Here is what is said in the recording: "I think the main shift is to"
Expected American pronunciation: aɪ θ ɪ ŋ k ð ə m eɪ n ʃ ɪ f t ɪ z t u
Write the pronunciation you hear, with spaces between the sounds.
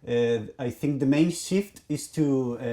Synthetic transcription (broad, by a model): aɪ θ ɪ ŋ k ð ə m eɪ n ʃ ɪ f t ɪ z t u